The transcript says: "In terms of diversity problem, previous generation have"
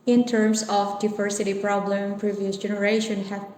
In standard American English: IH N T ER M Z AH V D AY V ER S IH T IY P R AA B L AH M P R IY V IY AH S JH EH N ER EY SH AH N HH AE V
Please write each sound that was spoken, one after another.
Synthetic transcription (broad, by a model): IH N T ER M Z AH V D AY V ER S IH T IY P R AA B L AH M P R IY V IY AH S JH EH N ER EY SH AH N HH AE